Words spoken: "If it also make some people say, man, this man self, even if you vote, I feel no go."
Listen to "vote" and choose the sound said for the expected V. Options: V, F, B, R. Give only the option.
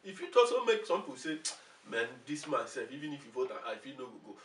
F